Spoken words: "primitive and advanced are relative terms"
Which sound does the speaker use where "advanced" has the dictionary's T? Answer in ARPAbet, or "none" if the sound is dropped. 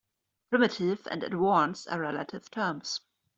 none